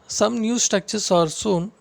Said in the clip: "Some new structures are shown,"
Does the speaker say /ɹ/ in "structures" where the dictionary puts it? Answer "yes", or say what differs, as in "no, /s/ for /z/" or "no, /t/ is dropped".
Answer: no, /ɹ/ is dropped